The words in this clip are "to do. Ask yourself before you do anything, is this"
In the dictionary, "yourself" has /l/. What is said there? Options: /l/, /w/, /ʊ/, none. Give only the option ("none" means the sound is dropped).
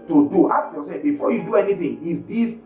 none